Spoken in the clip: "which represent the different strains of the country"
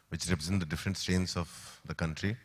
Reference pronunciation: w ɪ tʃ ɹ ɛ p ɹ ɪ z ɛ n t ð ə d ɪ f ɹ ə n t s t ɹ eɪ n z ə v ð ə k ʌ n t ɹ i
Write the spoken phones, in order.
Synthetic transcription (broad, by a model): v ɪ tʃ ɹ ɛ p ɹ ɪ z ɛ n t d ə d ɪ f ɹ ə n t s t eɪ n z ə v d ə k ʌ n t ɹ i